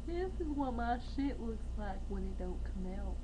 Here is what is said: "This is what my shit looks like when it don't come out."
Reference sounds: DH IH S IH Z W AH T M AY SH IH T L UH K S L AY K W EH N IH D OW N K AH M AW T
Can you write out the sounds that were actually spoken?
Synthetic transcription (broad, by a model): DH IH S IH Z W AH T M AY SH IH T W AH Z L AY K W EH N IH D OW N K AH M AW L